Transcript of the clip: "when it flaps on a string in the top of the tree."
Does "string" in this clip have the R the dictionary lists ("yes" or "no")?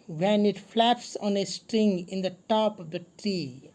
yes